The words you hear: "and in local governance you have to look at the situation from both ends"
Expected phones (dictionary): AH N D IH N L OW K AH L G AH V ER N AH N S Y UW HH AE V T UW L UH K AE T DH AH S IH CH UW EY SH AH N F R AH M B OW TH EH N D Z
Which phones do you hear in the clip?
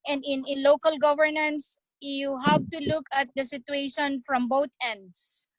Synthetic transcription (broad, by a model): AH N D IH N L OW K AH L G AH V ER N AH N S Y UW HH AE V T UW L UH K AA T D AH S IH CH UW EY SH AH N F R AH M B OW T EH N D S